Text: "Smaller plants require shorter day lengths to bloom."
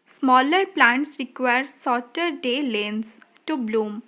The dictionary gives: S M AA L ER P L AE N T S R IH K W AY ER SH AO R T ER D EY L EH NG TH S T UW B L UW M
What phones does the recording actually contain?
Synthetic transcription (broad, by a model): S M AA L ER P L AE N T S R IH K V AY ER S AO T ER D EY L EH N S T UW B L UW M